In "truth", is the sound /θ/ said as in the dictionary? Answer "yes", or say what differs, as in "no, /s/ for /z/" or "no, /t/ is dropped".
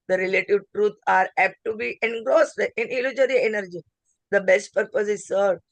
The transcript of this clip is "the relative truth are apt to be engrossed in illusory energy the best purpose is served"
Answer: no, /t/ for /θ/